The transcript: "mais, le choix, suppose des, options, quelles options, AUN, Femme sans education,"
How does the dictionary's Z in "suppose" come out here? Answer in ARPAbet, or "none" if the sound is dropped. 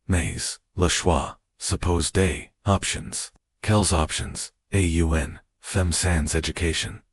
Z